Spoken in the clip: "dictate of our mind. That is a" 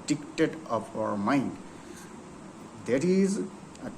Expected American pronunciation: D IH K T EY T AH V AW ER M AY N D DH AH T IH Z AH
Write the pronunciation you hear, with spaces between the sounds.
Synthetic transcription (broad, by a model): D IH K T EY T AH P AW ER M AY N D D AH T IH Z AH